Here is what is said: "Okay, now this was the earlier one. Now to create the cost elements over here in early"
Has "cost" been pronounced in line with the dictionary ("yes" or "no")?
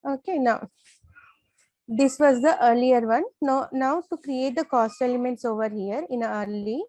yes